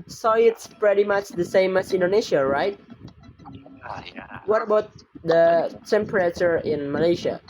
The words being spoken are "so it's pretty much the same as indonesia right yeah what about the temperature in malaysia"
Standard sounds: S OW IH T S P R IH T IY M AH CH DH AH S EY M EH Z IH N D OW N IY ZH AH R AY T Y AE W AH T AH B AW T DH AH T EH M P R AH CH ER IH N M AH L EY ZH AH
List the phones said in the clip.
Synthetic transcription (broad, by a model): S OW IH T S P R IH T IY M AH CH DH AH S EY M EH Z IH N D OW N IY SH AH R AY T W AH T AH B AW T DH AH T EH M P R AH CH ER IH N M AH L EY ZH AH